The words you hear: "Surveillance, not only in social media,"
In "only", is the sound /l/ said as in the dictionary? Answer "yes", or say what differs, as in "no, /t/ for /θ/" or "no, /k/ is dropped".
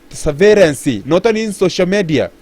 no, /l/ is dropped